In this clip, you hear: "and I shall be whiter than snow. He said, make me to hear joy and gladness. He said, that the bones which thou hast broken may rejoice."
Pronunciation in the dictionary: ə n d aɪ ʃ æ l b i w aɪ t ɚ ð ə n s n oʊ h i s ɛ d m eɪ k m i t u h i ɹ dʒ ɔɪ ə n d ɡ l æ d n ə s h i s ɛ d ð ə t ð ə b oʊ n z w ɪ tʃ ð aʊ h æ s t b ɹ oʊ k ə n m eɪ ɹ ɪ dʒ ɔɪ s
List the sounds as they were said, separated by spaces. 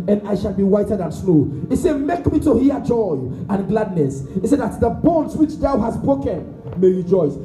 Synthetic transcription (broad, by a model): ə n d aɪ ʃ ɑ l b i w aɪ t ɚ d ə n s l oʊ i s ɛ d m eɪ k m i t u h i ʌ dʒ ɔɪ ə n ɡ l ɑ d n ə s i s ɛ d ð ə t ð ə b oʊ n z w ɪ tʃ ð aʊ h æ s b ɹ oʊ k ə n m eɪ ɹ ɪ dʒ ɔɪ s